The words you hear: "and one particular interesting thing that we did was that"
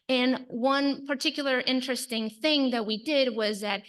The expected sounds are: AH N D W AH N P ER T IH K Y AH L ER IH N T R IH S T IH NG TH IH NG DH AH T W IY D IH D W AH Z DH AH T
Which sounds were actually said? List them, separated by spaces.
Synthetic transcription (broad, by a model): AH N W AH N P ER T IH K Y L ER IH N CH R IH S T IH NG TH IH NG DH AH T W IY D IH D W AH Z DH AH T